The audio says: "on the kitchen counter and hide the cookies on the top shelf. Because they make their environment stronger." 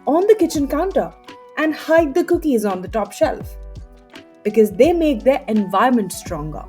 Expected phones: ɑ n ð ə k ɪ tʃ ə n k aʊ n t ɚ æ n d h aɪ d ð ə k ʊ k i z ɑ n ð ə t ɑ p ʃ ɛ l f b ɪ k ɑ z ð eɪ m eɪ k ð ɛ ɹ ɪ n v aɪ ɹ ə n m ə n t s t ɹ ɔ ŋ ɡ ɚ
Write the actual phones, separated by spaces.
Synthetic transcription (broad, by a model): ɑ n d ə k ɪ tʃ ə n k aʊ n t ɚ æ n d h aɪ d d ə k ʊ k i z ɑ n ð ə t ɑ p ʃ ɛ l f b ɪ k ɑ z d eɪ m eɪ k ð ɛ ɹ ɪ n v aɪ ə m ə n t s t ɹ ɔ ŋ ɡ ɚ